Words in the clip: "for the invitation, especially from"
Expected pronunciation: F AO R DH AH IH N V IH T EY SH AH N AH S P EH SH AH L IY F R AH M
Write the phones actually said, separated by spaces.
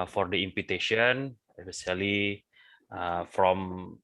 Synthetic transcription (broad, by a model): F AO R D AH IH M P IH T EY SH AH N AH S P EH S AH L IY F R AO M